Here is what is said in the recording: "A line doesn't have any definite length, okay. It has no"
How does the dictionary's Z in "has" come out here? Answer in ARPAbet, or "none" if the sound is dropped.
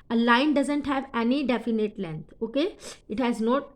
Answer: Z